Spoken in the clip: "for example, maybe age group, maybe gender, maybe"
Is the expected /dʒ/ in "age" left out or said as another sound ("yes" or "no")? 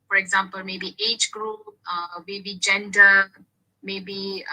no